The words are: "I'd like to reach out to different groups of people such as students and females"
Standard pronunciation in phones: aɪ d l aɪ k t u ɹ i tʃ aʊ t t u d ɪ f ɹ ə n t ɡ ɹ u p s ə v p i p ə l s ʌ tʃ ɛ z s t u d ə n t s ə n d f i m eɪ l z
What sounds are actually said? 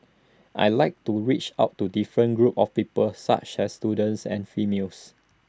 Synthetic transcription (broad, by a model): aɪ l aɪ k t u ɹ i tʃ aʊ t t u d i f ɹ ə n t ɡ ɹ u p ə f p i p ə l s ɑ tʃ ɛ s t u d ə n t s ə n f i m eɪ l s